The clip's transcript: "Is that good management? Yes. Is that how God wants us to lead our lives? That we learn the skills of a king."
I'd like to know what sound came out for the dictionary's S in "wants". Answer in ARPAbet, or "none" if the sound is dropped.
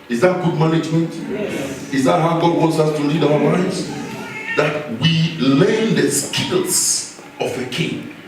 S